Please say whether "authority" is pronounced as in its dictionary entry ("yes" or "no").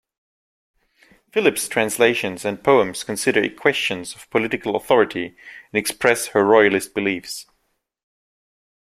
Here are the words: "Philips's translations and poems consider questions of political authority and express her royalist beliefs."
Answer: yes